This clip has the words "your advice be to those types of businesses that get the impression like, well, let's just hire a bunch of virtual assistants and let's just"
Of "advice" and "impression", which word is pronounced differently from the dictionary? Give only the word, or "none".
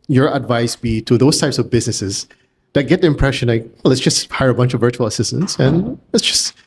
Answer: none